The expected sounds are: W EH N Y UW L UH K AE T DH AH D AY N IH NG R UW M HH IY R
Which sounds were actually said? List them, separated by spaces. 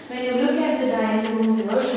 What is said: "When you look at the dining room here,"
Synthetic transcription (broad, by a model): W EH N Y UW L UH K AE T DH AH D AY IH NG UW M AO